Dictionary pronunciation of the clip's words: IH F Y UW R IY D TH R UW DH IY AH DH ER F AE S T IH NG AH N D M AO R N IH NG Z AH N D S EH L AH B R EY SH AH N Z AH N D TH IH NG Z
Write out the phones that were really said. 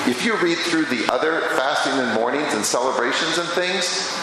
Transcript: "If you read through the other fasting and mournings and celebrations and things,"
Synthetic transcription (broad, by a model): IH F Y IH R IY D TH R UW DH IY AH DH ER F AE S T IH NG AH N M AO R N IH NG Z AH N S EH L AH B R EY SH AH N Z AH N TH IH NG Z